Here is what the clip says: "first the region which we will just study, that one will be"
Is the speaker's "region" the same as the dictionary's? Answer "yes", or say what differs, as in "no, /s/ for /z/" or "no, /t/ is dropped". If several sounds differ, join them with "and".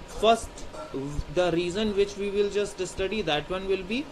no, /z/ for /dʒ/